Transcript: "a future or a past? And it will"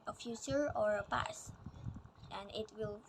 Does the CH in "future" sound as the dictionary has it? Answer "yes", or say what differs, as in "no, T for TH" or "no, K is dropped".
no, S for CH